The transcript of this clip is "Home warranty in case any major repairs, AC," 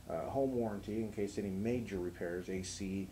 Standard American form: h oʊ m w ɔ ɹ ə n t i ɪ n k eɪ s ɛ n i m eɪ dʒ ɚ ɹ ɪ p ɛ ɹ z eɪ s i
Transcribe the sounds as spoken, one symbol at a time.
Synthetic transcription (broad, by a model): h oʊ m w ɔ ɹ ə n t i ɪ n k eɪ s ɛ n i m eɪ dʒ ɚ ɹ ɪ p ɛ ɹ z eɪ s i